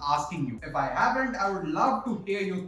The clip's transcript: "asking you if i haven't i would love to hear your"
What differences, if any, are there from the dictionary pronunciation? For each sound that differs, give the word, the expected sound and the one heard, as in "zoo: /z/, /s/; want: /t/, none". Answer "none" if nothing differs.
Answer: haven't: /v/, /p/